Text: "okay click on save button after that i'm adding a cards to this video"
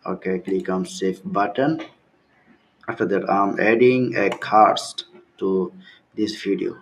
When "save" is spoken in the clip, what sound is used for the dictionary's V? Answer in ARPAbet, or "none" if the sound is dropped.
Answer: F